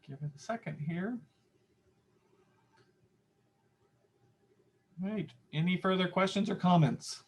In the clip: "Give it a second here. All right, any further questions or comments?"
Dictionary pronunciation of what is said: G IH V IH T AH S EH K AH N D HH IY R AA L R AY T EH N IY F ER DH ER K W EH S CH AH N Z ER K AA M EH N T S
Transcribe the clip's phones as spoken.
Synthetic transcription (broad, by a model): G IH V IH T AH S EH K AH N D HH IY R R AY T EH N IY F ER DH ER K W EH S CH AH N Z ER K AA M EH N T S